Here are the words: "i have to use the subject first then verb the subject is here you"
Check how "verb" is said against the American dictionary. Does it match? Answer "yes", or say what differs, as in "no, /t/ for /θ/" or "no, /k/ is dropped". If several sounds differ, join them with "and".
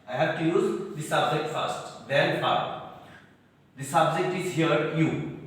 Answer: no, /f/ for /v/